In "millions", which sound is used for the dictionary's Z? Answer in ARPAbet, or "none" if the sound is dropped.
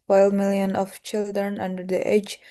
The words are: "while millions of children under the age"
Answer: none